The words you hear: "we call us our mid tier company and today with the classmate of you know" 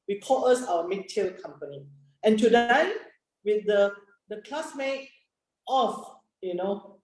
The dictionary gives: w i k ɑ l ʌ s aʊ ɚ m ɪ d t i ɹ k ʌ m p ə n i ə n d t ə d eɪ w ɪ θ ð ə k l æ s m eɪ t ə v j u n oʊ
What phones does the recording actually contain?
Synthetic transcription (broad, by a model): w i k ɑ l ʌ s aʊ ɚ m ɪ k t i l k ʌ m p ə n i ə n t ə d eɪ w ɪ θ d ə k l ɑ s m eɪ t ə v j u n oʊ